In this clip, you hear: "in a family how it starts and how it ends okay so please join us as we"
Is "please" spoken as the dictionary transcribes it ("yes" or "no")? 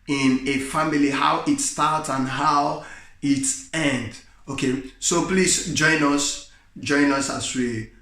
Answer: no